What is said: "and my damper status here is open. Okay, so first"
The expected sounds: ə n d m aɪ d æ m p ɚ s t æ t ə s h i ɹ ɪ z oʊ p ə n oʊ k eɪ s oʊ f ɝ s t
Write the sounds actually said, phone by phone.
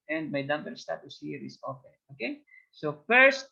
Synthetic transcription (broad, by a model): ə n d m aɪ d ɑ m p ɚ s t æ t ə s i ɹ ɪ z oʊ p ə oʊ k eɪ s oʊ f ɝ s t